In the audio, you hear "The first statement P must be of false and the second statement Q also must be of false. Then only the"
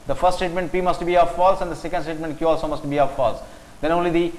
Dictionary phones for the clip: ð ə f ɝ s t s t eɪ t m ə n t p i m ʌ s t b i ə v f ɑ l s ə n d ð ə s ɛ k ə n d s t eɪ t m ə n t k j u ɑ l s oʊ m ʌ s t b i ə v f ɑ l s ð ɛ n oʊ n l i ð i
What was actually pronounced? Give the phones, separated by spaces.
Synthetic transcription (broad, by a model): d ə f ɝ s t s t eɪ t m ə n t p i m ʌ s t b i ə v f ɑ l s ə n d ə s ɛ k ə n d s t eɪ t m ə n t k j u ɑ l s oʊ m ʌ s t b i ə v f ɑ l s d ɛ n oʊ n l i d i